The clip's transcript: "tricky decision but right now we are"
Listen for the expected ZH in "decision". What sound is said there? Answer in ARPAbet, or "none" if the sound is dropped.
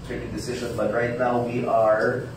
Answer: ZH